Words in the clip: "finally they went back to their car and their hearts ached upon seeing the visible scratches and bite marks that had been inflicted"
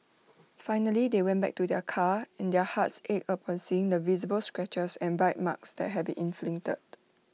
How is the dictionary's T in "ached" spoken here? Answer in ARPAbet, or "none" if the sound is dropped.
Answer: none